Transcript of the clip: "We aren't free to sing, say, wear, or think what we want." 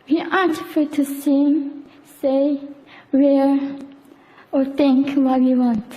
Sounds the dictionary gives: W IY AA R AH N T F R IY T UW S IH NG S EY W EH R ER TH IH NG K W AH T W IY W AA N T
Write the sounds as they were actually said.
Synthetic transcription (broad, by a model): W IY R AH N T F IY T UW S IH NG S EY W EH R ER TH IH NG K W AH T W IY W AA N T